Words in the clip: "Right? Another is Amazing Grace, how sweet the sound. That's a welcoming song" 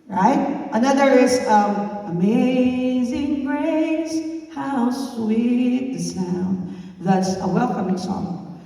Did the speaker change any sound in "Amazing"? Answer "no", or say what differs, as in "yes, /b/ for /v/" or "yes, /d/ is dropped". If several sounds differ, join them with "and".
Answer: no